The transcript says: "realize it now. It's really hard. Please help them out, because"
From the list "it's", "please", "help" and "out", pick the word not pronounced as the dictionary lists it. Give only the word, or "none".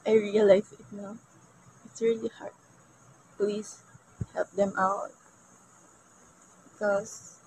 please